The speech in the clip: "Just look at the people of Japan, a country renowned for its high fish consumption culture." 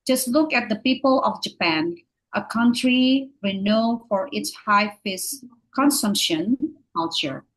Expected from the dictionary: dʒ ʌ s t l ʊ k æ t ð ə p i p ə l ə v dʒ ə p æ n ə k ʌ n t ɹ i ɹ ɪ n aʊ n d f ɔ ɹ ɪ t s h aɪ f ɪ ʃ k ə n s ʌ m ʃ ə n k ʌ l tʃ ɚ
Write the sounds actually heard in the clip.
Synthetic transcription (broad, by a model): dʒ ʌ s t l ʊ k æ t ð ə p i p ə l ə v dʒ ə p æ n ə k ʌ n t ɹ i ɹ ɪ n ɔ f ɔ ɹ ɪ t s h aɪ f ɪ s k ə n s ʌ m ʃ ə n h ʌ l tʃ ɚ